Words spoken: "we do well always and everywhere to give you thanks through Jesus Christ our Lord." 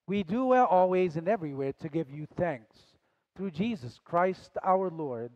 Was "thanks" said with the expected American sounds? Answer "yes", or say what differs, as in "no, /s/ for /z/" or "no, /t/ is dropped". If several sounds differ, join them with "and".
yes